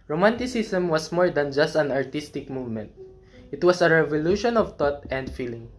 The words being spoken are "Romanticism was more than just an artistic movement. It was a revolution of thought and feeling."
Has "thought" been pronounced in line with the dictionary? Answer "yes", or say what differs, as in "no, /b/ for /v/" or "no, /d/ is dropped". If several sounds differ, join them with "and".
no, /t/ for /θ/